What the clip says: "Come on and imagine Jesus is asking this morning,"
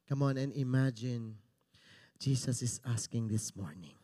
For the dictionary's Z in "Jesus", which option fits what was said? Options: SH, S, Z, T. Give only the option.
S